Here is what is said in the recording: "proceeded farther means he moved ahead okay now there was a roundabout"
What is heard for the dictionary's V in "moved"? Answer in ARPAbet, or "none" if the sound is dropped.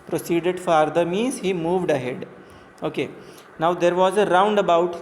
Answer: V